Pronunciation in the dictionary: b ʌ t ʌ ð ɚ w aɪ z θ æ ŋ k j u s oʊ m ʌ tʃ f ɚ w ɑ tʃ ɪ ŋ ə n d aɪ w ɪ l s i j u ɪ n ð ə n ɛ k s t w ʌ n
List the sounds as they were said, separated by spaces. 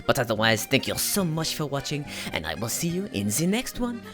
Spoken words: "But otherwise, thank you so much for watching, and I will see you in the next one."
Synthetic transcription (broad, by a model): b ʌ t ʌ ð ɚ w aɪ z θ æ ŋ k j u s oʊ m ʌ tʃ f ɚ w ɑ tʃ ɪ ŋ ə n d aɪ w ɪ l s i j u ɪ n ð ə n ɛ k s t w ʌ n